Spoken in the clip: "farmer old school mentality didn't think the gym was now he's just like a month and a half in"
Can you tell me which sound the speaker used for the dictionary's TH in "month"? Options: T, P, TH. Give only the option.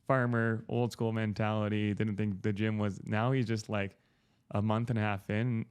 TH